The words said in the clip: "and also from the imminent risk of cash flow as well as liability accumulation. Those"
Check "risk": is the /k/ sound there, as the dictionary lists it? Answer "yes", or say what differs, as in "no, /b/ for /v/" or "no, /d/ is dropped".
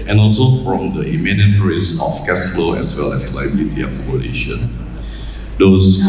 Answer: no, /k/ is dropped